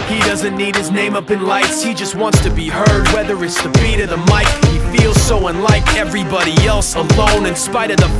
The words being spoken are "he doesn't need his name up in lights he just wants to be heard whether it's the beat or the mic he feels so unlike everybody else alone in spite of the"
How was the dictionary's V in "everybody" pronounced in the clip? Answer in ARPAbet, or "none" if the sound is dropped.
V